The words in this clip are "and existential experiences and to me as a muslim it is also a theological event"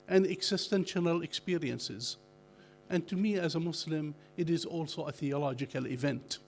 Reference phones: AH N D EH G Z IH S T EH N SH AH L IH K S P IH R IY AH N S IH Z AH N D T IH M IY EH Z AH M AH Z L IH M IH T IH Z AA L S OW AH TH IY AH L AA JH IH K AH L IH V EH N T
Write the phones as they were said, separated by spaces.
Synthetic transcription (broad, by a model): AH N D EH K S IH S T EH N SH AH L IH K S P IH R IY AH N S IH Z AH N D T IH M IY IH Z AH M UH S L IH M IH T IH Z AA L S OW AH TH IY AH L AA JH IH K AH L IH V EH N T